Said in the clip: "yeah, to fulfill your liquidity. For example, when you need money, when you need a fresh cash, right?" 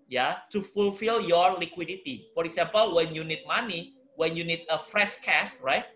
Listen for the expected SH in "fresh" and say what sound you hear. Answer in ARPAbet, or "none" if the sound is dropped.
S